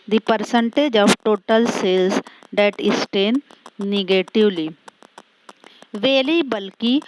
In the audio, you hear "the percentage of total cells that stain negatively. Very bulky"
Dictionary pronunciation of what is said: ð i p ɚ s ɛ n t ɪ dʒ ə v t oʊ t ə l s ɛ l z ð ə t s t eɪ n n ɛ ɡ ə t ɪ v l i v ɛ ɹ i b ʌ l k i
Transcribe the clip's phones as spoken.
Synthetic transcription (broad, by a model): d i p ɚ s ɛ n t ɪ dʒ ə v t oʊ t ə l s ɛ l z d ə t s t eɪ n n ɛ ɡ ə t ɪ v l i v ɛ l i b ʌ l k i